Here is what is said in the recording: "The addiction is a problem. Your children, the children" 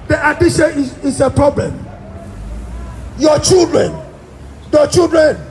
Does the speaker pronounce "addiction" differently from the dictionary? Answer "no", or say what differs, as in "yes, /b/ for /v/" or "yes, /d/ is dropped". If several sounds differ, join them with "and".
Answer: yes, /k/ is dropped